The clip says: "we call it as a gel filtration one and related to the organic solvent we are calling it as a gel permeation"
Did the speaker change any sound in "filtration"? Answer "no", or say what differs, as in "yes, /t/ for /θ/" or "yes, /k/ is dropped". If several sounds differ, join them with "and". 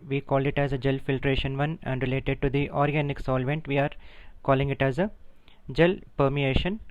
no